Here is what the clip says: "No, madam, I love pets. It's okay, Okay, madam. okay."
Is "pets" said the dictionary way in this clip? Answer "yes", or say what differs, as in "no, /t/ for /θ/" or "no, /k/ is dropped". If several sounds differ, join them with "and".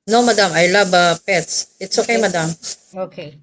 yes